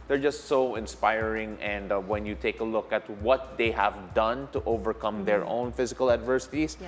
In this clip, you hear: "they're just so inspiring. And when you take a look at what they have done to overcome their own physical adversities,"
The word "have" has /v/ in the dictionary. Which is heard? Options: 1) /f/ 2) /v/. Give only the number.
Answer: 2